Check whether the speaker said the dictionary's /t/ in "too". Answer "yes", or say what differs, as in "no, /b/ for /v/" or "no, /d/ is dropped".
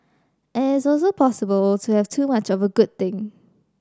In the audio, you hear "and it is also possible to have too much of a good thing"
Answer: yes